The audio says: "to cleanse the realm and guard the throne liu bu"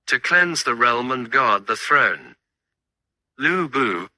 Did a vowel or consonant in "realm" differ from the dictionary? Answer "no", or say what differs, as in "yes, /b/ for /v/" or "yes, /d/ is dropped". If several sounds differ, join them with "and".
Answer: no